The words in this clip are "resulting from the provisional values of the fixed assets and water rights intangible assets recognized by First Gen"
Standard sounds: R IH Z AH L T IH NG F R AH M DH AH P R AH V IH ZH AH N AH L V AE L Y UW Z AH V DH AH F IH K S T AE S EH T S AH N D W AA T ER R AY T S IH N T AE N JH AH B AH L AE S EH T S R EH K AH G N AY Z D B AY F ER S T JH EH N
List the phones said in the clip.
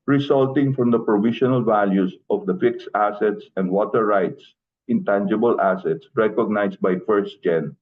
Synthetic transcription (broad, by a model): R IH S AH L T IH NG F R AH M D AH P R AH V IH SH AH N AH L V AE L Y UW S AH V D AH F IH K S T AE S EH T S AH N D W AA T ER R AY T S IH N T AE N JH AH B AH L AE S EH T S R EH K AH G N AY S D B AY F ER S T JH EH N